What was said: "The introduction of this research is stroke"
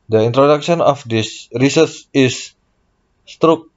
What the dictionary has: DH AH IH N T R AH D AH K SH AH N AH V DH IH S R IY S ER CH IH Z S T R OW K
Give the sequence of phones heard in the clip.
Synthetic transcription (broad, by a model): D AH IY N T R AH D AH K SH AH N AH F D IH S R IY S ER S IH S T R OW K